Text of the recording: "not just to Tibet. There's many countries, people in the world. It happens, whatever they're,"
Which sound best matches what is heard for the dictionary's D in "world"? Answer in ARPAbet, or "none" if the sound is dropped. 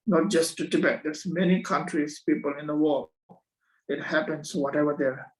none